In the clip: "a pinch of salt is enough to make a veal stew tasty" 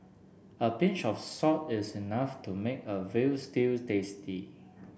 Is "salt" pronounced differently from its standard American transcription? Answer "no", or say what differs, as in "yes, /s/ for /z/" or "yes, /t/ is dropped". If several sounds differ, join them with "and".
yes, /l/ is dropped